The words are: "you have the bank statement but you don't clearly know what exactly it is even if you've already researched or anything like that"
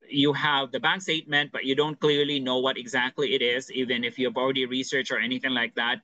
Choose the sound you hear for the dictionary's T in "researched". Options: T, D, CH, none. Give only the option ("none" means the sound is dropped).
none